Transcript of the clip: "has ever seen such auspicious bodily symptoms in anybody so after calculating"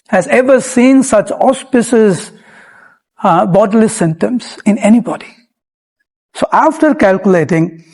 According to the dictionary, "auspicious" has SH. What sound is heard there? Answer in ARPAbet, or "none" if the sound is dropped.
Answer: S